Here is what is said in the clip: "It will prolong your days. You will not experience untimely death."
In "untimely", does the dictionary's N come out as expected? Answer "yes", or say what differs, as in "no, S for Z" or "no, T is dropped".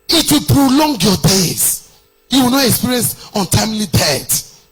yes